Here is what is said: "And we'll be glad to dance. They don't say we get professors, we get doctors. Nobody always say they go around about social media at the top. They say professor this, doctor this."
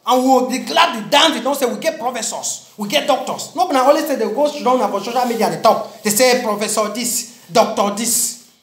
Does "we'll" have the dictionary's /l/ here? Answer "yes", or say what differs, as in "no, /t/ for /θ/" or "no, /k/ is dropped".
no, /w/ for /l/